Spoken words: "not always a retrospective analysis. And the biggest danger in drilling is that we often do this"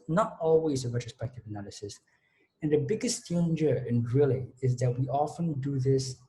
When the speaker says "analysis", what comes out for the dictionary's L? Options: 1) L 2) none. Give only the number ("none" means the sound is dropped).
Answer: 1